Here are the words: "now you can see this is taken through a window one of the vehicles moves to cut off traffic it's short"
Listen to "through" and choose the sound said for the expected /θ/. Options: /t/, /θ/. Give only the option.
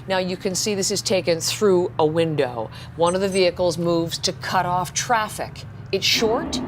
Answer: /θ/